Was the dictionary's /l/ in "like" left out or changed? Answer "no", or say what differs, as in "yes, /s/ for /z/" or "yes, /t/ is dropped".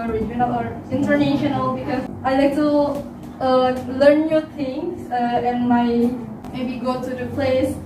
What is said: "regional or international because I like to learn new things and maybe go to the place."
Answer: no